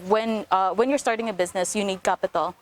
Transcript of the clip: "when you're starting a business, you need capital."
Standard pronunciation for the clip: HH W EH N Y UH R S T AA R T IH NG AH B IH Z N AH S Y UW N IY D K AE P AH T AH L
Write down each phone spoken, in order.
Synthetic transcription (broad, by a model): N W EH N Y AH R S T AA R T IH NG AH B IH Z N AH S Y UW N IY D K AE P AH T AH L